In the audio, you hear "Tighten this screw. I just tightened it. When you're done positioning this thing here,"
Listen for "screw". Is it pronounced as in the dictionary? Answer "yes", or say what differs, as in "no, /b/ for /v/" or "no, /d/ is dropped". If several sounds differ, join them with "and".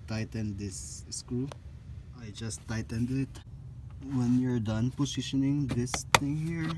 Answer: no, /ɹ/ is dropped